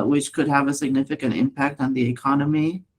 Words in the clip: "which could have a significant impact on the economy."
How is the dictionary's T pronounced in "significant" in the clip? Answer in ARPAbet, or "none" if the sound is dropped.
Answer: T